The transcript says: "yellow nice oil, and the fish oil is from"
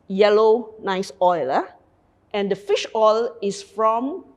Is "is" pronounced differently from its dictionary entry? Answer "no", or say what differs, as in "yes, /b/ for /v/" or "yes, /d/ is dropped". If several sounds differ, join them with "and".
yes, /s/ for /z/